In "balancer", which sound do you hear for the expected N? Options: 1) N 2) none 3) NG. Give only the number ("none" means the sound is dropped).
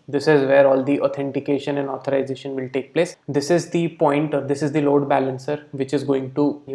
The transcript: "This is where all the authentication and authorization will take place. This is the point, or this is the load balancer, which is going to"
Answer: 1